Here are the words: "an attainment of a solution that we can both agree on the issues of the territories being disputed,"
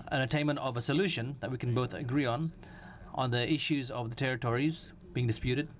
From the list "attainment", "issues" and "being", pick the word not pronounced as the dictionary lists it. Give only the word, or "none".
none